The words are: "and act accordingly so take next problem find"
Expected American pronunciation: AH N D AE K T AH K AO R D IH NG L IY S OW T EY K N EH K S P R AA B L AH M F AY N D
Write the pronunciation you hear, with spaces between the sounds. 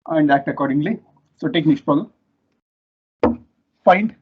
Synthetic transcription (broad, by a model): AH N D AE K T AH K AO R D IH NG L IY S OW T EY K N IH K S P AA L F AY N D